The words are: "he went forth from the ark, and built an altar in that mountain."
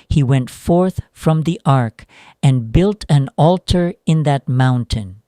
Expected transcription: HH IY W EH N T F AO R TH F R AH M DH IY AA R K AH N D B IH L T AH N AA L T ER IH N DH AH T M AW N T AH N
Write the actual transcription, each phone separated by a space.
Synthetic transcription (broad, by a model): HH IY W EH N T F AO R TH F R AH M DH IY AA R K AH N B IH L T AH N AA L T ER IH N DH AH T M AW N T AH N